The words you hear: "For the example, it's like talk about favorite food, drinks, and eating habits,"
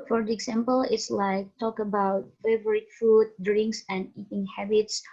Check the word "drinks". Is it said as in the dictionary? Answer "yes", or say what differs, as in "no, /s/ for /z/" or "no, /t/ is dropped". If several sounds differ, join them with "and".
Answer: yes